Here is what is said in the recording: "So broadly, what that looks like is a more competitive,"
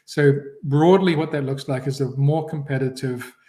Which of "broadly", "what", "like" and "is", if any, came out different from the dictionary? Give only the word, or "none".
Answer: none